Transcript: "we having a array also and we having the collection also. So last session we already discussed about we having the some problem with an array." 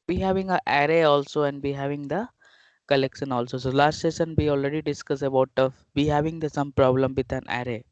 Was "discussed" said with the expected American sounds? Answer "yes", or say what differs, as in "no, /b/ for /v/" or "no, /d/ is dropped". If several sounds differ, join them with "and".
no, /t/ is dropped